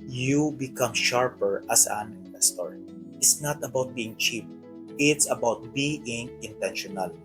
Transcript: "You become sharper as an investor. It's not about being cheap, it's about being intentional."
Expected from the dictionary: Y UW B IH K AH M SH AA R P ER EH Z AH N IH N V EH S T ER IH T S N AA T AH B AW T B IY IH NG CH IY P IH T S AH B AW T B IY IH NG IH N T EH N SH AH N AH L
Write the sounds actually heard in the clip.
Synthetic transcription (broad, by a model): Y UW B IH K AH M SH AA R P ER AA S AH N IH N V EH S T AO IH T S N AA T AH B AW T B IY IH NG CH IY P IH T S AH B AW T B IY IH NG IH N T EH N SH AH N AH L